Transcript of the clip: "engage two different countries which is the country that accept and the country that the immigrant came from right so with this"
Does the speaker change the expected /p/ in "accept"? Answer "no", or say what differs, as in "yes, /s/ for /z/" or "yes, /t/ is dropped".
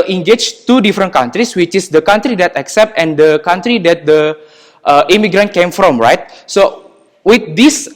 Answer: no